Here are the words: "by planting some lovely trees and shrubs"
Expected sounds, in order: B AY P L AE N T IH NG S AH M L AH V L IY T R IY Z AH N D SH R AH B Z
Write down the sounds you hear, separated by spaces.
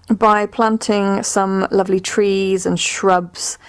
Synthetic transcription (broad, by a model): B AY P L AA N T IH NG S AH M L AH V L IY T R IY Z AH N SH R AH B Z